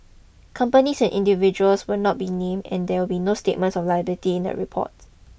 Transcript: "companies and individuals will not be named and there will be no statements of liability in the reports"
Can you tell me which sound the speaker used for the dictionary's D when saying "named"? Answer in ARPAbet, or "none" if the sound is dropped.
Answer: none